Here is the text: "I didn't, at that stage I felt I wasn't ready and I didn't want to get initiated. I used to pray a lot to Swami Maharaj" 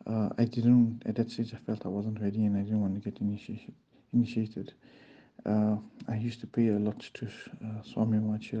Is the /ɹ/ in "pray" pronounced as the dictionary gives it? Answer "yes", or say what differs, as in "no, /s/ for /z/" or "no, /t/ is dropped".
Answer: no, /ɹ/ is dropped